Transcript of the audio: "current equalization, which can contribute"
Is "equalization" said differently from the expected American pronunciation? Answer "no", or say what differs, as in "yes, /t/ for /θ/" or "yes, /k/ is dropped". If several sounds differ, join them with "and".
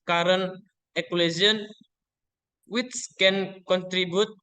yes, /ʃ/ is dropped